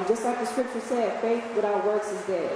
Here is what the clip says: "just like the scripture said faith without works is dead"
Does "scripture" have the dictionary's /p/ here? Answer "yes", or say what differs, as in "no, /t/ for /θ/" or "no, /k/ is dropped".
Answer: yes